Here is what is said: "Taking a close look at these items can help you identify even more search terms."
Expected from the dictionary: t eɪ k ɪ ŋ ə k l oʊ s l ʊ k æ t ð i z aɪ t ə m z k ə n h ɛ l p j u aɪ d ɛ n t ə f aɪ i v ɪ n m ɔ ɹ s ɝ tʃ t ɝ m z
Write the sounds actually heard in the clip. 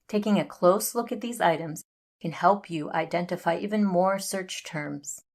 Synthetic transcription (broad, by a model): t eɪ k ɪ ŋ ə k l oʊ s l ʊ k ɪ t ð i z aɪ t ə m z k ə n h ɛ l p j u aɪ d ɛ n t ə f aɪ i v ɪ n m ɔ ɹ s ɝ tʃ t ɝ m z